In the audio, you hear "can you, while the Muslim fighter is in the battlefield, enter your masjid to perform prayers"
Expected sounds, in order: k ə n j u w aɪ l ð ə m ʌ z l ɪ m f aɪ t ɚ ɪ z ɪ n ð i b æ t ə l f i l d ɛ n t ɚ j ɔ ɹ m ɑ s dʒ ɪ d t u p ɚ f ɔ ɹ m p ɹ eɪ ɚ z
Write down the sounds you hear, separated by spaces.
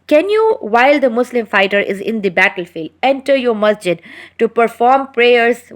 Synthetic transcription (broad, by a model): k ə n j u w aɪ l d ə m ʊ s l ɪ m f aɪ t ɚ ɪ z ɪ n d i b æ t ə l f i l d ɛ n t ɚ j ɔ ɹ m ɑ s dʒ ɪ d t u p ɚ f ɔ ɹ m p ɹ eɪ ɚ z